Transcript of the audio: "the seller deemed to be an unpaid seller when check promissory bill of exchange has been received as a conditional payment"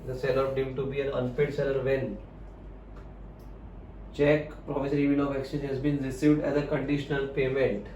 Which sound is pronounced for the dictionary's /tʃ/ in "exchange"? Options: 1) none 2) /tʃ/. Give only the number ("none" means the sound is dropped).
1